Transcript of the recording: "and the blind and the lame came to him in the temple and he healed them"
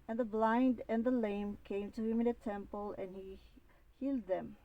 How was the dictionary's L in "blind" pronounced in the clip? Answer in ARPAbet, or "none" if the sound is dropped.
L